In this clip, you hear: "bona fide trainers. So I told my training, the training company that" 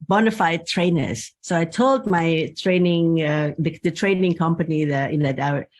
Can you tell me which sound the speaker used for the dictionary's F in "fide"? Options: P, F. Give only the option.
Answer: F